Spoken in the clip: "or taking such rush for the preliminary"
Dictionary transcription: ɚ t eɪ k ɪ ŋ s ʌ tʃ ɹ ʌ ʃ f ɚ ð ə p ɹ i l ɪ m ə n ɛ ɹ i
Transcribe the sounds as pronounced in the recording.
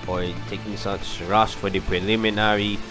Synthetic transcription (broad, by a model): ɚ t eɪ k ɪ ŋ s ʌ s ɹ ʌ s f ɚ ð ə p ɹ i l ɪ m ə n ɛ ɹ i